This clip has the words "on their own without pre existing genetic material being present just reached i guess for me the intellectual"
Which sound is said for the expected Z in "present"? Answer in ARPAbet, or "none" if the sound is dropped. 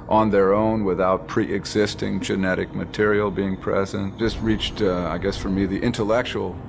Z